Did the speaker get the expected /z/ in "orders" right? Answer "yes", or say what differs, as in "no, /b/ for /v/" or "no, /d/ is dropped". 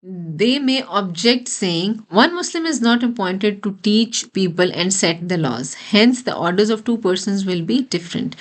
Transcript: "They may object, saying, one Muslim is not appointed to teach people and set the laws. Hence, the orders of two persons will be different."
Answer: yes